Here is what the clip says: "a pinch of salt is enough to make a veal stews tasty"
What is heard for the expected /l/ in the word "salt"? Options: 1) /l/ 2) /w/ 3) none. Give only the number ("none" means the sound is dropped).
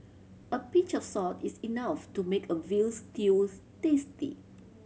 3